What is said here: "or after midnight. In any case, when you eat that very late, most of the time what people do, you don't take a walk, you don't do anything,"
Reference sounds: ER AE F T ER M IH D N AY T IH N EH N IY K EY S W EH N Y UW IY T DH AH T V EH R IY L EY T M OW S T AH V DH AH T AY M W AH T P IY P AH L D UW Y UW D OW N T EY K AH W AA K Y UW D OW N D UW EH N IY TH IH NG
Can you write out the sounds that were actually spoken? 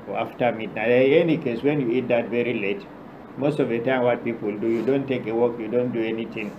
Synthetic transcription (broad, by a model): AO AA F T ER M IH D N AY IH N EH N IY K EY S W EH N Y UW IY T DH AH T V EH R IY L EY T M OW S T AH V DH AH T AY M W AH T P IY P AH L D UW Y UW D OW N T EY K AH W AA K Y UW D OW N D UW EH N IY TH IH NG